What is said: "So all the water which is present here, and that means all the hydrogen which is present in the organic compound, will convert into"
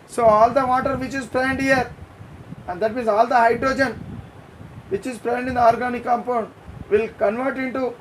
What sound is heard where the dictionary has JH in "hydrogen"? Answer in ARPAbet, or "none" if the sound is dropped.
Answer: JH